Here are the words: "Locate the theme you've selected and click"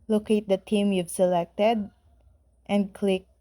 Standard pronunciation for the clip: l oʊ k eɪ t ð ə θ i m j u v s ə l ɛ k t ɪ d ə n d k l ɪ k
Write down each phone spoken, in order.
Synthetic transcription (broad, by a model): l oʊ k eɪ t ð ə t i m j u v s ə l ɛ k t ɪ d ə n d k l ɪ k